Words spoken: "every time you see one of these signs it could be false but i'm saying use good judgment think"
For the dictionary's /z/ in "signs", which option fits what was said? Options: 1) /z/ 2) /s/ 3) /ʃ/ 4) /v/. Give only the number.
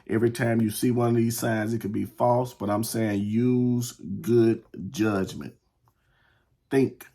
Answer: 1